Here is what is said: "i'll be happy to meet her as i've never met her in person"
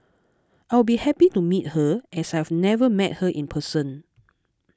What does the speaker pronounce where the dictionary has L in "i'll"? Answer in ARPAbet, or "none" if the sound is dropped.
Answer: W